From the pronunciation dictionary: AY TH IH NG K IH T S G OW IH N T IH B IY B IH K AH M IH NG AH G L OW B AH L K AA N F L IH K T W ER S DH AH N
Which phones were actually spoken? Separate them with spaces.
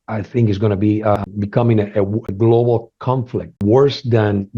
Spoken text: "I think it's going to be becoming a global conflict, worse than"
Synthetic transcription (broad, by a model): AY TH IH NG K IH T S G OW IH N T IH B IY B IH K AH M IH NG AH G L OW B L K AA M F L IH K T W ER S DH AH N